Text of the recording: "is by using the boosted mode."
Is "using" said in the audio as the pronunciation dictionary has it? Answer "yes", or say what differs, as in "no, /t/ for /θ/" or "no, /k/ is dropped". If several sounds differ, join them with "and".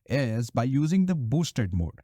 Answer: yes